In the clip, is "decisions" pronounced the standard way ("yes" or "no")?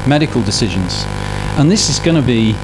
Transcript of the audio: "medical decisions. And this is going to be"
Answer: yes